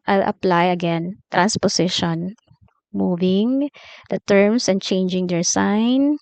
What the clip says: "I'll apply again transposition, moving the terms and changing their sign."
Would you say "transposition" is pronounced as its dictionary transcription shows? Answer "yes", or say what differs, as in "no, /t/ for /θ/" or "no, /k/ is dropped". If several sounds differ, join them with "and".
no, /s/ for /z/